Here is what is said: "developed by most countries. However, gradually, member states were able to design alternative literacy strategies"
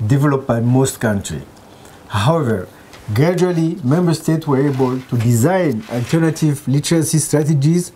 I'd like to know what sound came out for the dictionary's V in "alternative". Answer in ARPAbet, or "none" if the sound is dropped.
V